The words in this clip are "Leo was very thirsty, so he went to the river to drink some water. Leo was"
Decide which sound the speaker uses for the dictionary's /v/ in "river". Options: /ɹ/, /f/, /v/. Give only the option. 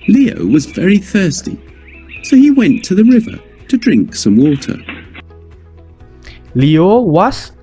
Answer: /v/